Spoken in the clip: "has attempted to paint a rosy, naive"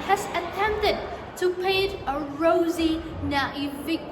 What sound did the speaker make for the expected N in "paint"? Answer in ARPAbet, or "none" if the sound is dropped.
none